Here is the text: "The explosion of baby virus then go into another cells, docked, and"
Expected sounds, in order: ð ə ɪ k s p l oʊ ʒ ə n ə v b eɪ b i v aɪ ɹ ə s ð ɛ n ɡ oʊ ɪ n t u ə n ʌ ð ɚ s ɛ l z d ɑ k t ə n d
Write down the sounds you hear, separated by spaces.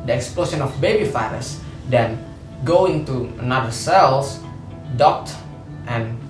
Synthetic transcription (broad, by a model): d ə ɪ k s p l oʊ s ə n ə f b eɪ b i f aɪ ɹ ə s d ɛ n ɡ oʊ ɪ n t u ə n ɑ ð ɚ s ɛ l s d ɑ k t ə n